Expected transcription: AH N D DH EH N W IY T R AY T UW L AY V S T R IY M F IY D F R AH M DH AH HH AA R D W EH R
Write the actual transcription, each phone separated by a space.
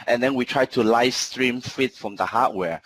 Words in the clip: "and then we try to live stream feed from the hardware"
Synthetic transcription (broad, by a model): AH N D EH N W IY T R AY T UW L AY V S T R IY M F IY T F R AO M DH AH HH AA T W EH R